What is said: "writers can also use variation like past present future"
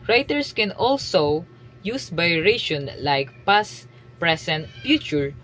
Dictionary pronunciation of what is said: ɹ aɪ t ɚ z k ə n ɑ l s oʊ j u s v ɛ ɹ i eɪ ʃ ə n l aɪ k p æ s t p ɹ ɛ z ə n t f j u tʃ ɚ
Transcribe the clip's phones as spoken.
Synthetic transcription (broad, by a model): ɹ aɪ t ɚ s k ə n ɑ l s oʊ j u s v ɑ ɹ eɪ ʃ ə n l aɪ k p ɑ s p ɹ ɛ s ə n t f j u tʃ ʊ